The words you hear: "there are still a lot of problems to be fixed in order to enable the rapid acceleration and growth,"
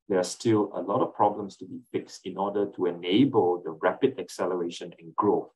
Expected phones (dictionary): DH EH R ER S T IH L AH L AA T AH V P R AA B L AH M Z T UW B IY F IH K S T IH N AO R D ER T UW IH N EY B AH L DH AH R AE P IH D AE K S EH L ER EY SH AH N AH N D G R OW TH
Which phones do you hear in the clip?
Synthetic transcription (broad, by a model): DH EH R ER S T IH L AH L AA T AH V P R AA B L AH M S T UW B IY F IH K S T IH N AO D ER T UW IH N EY B AH L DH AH R AE P IH D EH K S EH L ER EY SH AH N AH N G R OW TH